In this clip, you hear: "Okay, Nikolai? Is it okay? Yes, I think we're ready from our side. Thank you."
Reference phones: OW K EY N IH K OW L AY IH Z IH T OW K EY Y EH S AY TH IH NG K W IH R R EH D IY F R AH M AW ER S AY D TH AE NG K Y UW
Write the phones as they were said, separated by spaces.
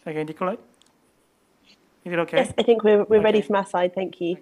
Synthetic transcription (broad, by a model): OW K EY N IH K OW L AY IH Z IH T OW K EY Y EH S AY TH IH NG K W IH W R EH D IY F R AH M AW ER S AY D TH AE NG K Y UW